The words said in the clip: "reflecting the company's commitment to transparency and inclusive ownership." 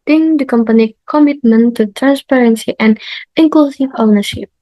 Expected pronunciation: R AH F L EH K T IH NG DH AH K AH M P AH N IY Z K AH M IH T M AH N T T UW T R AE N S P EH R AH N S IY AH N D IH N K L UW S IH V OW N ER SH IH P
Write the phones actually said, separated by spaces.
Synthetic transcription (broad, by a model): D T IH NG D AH K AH M P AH N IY K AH M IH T M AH N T T UW T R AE N S P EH R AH N S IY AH N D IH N K L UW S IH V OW N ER SH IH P